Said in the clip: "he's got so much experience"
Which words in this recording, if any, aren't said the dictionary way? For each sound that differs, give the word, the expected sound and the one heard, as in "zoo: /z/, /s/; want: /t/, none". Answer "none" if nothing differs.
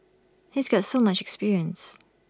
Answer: none